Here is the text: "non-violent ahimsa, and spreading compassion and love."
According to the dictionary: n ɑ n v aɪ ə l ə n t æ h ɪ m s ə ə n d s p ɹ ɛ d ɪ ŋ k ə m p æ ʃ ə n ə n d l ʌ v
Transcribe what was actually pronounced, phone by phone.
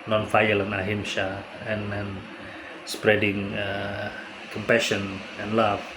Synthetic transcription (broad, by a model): n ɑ n f aɪ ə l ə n ɑ h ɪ m ʃ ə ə n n s p ɹ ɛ d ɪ ŋ k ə m p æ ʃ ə n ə n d l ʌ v